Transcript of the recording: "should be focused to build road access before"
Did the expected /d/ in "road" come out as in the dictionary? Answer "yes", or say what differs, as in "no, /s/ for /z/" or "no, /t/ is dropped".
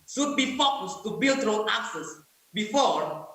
no, /d/ is dropped